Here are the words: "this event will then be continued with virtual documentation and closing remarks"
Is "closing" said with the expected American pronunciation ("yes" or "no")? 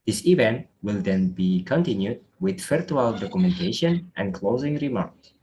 yes